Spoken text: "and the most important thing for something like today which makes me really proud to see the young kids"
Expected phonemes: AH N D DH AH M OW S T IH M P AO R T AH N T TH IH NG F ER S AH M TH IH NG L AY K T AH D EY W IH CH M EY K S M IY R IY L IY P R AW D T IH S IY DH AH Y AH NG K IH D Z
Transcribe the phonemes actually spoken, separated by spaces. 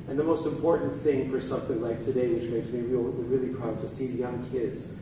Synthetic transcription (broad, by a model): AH N DH AH M OW S T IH M P AO R T N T TH IH NG F ER S AH M TH IH NG L AY K T AH D EY W IH CH M EY K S M IY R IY L IY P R AW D T IH S IY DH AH Y AH NG K IH D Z